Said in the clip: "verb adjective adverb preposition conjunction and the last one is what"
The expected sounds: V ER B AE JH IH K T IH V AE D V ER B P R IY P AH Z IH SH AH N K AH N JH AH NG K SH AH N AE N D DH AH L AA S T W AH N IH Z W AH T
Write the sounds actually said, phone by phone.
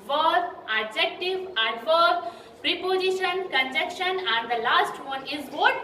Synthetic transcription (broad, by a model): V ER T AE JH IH K T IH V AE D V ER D P R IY P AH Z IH SH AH N K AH N JH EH K SH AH N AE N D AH L AA S T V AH N IH Z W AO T